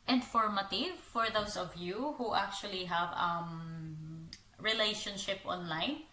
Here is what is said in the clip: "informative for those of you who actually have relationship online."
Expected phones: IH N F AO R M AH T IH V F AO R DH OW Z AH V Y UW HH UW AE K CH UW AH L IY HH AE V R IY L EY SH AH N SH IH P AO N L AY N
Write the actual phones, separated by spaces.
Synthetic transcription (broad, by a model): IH N F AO R M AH T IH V F AO R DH OW S AH V Y UW HH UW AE K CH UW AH L IY HH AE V R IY L EY SH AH N SH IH P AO N L AY N